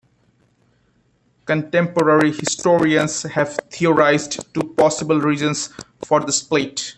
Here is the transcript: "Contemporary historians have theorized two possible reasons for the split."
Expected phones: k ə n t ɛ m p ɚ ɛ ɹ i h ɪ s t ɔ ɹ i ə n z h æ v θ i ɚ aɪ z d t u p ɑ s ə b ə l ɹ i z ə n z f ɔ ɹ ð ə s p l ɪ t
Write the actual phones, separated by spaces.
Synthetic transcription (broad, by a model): k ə n t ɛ m p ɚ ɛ ɹ i h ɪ s t ɔ ɹ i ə n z h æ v t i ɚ aɪ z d t u p ɑ s ə b ə l ɹ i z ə n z f ɔ ɹ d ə s p l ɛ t